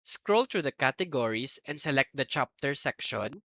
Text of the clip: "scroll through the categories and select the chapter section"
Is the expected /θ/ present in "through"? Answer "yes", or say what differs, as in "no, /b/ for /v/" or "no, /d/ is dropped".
no, /t/ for /θ/